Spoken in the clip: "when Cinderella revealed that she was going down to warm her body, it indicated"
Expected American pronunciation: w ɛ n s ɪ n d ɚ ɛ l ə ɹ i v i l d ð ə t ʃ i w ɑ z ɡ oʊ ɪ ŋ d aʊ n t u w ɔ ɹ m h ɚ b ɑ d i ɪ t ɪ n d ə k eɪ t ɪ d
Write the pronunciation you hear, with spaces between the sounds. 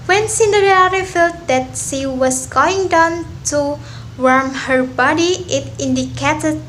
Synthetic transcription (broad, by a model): w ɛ n s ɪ n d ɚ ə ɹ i f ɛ l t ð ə t ʃ i w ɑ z ɡ oʊ ɪ ŋ d aʊ n t u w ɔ ɹ m h ɚ b ɑ d i ɪ t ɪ n d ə k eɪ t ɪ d